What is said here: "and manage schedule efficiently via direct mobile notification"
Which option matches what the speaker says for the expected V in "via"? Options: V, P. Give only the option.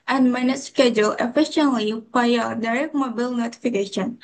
P